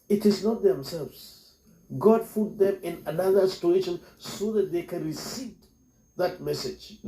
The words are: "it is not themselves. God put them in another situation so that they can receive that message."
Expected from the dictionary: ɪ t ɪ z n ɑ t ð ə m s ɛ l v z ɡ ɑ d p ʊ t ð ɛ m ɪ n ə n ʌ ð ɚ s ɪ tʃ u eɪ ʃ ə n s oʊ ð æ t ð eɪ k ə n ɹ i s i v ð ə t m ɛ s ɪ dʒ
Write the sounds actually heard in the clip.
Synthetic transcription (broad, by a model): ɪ t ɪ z n ɑ t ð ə m s ɛ l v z ɡ ɑ d f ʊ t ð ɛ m ɪ n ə n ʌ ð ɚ s ɪ tʃ u eɪ ʃ ə n s oʊ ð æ t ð eɪ k ə n ɹ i s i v ð ə t m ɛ s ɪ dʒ